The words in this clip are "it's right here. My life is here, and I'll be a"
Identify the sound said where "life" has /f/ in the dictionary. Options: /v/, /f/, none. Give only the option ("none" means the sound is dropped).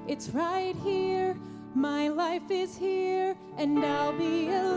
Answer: /f/